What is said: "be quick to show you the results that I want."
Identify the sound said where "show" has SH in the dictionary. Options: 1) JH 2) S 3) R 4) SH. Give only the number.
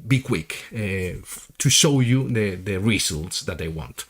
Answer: 4